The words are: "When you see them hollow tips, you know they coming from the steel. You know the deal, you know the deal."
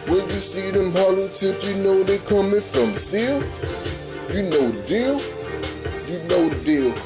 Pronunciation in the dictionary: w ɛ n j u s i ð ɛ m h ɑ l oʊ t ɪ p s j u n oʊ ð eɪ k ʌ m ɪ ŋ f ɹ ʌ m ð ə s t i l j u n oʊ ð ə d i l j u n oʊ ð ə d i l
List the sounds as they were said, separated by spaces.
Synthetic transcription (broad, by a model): w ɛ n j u s i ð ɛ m h ɑ l oʊ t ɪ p j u n oʊ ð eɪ k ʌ m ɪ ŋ f ɹ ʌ m s t i l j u n oʊ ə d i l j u n oʊ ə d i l